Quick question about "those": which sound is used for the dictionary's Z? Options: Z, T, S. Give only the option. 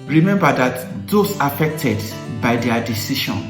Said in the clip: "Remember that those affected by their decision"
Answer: S